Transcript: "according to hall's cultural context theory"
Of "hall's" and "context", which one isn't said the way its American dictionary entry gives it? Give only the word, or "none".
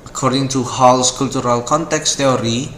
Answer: hall's